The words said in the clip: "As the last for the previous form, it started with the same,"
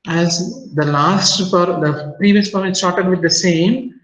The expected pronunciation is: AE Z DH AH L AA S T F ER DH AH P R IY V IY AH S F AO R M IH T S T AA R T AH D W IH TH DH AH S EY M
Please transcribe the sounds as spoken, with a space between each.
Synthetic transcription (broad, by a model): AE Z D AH L AA S T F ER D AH P R IY V IY AH S P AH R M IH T S T AA R T AH D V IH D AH S EY M